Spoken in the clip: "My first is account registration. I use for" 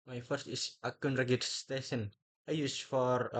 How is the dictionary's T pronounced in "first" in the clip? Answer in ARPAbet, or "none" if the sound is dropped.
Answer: T